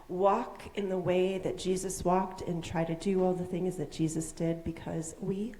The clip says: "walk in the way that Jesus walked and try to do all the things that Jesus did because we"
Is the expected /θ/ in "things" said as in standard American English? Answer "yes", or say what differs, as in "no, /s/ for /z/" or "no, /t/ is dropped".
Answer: yes